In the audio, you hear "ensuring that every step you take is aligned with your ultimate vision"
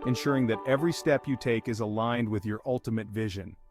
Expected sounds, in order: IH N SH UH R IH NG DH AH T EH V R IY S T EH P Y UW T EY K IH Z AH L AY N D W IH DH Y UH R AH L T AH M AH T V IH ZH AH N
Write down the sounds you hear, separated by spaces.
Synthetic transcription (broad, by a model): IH N SH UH R IH NG DH AH T EH V R IY S T EH P Y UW T EY K IH Z AH L AY N D W IH DH Y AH R AH L T AH M AH T V IH ZH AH N